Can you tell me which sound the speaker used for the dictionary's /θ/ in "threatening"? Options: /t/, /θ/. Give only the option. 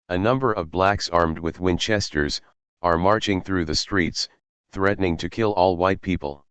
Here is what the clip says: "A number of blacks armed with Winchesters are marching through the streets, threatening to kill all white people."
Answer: /θ/